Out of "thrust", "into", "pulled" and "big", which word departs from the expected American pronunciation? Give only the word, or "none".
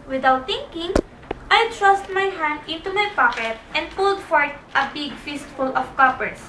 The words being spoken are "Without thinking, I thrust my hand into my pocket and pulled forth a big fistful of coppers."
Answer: thrust